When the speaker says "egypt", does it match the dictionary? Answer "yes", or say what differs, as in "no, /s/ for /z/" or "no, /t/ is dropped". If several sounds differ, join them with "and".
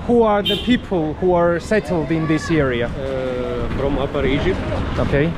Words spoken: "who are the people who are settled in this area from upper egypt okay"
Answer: no, /ʒ/ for /dʒ/